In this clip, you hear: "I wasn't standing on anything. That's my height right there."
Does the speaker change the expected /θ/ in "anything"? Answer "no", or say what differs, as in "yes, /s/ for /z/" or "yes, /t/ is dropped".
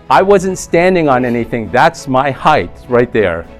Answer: no